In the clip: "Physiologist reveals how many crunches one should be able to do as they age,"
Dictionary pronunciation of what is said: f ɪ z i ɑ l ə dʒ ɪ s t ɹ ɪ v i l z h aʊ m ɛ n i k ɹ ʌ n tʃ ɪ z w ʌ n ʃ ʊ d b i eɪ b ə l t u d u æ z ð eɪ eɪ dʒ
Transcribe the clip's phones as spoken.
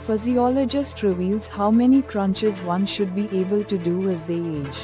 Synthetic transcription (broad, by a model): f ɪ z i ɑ l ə dʒ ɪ s t ɹ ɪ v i l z h aʊ m ɛ n i k ɹ ʌ n tʃ ɪ z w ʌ n ʃ ʊ d b i eɪ b ə l t u d u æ z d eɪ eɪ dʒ